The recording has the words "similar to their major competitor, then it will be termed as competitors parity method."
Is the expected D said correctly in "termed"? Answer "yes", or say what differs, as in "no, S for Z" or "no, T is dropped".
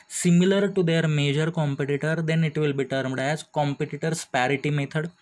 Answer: yes